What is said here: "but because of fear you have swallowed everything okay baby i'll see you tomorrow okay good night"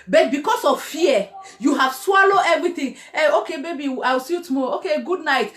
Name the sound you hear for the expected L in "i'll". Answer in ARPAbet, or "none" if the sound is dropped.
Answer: W